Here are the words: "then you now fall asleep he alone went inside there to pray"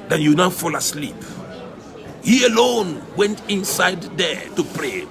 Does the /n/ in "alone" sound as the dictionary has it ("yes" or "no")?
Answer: yes